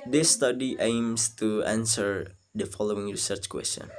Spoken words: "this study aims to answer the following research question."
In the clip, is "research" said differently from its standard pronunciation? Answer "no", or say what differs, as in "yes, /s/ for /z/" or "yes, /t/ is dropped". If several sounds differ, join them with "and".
no